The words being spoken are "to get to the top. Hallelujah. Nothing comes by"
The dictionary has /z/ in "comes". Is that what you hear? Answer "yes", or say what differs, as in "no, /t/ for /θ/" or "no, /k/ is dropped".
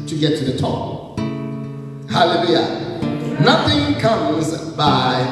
yes